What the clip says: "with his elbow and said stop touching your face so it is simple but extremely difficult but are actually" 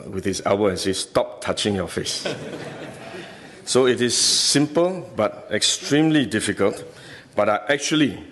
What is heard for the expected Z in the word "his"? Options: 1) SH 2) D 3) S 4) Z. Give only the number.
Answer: 3